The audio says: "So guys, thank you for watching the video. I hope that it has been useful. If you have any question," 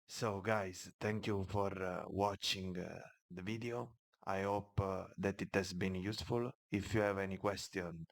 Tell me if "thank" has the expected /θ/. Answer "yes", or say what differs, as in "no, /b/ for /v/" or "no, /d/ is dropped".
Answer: no, /t/ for /θ/